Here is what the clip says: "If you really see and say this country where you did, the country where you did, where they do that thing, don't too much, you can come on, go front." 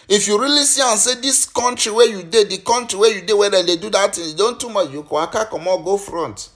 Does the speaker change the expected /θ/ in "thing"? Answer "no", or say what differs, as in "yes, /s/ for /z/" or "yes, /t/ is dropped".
yes, /t/ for /θ/